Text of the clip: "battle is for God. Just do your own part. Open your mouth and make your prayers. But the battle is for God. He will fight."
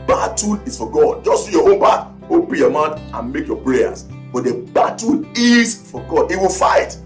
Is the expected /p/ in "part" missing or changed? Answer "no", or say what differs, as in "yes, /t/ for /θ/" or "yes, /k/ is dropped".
yes, /b/ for /p/